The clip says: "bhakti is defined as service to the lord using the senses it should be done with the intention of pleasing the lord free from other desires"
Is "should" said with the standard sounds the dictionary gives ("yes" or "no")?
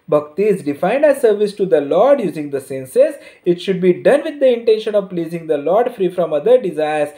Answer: yes